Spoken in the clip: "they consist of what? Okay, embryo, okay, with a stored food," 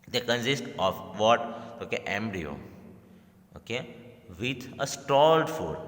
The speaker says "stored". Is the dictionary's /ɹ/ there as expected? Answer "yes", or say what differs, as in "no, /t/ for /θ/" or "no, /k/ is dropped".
no, /l/ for /ɹ/